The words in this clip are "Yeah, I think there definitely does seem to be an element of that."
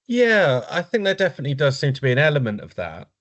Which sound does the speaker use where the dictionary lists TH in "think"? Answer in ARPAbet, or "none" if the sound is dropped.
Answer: TH